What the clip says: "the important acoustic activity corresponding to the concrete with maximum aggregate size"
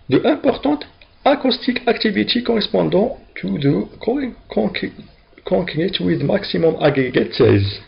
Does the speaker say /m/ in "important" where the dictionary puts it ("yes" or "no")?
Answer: no